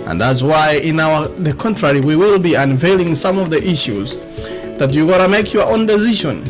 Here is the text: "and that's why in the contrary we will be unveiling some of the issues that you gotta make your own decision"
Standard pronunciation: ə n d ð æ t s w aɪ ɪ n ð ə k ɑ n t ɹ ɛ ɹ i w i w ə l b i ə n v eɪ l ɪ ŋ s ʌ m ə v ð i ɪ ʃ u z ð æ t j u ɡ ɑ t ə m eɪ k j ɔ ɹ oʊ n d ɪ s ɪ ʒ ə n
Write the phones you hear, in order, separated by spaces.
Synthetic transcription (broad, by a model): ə n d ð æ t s w aɪ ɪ n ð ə k ɑ n t ɹ ɛ ɹ i w i w ə l b i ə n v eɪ l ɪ ŋ s ʌ m ə v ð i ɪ ʃ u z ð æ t j u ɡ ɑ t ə m eɪ k j ɔ ɹ oʊ n d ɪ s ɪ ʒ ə n